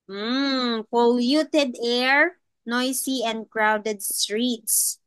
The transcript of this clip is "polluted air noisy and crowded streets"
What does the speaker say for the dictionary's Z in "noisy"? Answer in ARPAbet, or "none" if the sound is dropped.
S